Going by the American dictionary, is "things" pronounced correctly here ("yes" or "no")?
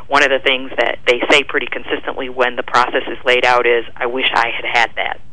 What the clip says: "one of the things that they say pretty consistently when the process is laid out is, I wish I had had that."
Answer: yes